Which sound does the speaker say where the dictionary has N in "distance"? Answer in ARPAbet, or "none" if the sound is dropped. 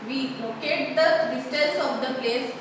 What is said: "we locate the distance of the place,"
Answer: L